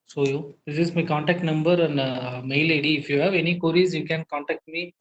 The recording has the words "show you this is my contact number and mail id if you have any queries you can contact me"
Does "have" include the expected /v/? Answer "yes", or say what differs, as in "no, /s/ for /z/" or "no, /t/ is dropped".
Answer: yes